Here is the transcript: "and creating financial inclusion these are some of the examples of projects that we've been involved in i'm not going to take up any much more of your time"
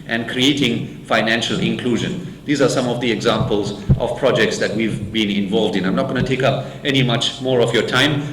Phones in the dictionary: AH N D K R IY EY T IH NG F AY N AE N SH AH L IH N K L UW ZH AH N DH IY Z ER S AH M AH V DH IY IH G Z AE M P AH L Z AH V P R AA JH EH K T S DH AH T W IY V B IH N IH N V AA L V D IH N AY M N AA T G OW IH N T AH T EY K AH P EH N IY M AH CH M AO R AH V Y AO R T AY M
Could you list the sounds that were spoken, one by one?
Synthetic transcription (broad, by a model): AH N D K R IY EY T IH NG F AY N AE N SH AH L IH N K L UW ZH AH N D IY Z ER S AH M AH V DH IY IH G Z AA M P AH L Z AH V P R AA JH EH K T S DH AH T W IY V B IH N IH N V AA L V D IH N AY M N AA T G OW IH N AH T EY K AH P EH N IY M AH CH M AO R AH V Y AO T AY M